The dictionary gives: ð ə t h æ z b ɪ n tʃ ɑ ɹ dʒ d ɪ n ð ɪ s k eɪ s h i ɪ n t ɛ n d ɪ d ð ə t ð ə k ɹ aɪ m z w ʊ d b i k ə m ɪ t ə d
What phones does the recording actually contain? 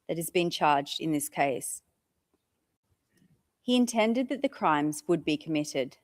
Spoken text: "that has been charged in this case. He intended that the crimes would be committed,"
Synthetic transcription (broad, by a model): ð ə t h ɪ z b ɪ n tʃ ɑ ɹ dʒ d ɪ n ð ɪ s k eɪ s h i ɪ n t ɛ n d ɪ d ð ə t ð ə k ɹ aɪ m z w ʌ d b i k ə m ɪ t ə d